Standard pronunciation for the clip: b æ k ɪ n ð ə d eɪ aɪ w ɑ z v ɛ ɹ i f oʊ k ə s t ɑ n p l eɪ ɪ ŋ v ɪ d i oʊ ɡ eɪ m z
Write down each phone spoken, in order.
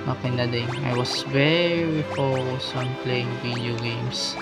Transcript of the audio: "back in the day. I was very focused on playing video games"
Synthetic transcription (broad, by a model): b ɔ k ɪ n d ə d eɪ aɪ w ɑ s v ɛ ɹ i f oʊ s ɑ n p l eɪ ɪ ŋ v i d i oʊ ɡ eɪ m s